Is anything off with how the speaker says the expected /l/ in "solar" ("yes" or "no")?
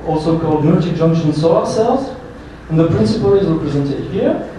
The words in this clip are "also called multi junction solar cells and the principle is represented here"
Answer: yes